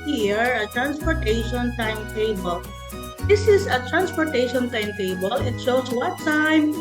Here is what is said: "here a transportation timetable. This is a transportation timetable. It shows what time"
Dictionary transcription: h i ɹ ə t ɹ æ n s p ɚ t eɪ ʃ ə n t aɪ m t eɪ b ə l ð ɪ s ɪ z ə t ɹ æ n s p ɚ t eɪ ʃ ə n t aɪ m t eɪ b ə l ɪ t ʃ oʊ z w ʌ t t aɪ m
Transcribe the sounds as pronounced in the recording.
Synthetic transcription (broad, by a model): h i ɹ ə t ɹ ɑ n s p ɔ t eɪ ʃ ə n t aɪ m t eɪ b ə l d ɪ s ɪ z ə t ɹ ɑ n s p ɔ t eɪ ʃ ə n t aɪ m t eɪ b ə l ɪ t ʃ oʊ s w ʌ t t aɪ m